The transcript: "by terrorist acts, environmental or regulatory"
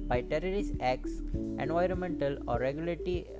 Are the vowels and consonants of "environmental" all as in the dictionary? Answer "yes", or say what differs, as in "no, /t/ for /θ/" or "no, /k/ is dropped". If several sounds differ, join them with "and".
yes